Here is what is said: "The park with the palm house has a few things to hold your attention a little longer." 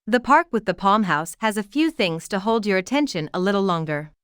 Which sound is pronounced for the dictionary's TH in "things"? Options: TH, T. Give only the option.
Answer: TH